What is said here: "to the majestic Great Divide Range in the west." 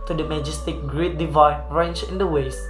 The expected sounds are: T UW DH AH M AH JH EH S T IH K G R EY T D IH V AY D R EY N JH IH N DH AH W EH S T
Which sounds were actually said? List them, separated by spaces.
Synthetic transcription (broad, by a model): T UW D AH M AH JH EH S T IH K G R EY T D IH V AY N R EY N CH IH N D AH W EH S